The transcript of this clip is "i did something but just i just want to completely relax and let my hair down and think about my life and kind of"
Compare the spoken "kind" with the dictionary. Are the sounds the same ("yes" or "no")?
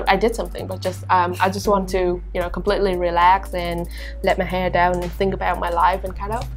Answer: no